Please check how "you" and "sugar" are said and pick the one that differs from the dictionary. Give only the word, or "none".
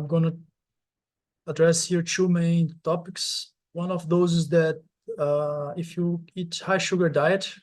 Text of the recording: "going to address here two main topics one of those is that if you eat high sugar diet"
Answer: none